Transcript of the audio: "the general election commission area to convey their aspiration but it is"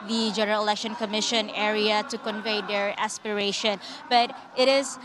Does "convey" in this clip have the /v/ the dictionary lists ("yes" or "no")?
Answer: yes